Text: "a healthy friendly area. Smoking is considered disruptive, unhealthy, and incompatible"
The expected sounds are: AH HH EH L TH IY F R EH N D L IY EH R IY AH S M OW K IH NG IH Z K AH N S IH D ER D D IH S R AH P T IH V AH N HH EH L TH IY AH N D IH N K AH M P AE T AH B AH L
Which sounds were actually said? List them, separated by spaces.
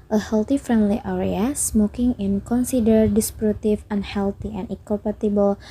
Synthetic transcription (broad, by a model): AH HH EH L T IY F R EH N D L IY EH R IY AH S M OW K IH NG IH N K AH N S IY D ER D D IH S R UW T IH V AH N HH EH L T IY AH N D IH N K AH M P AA T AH B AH L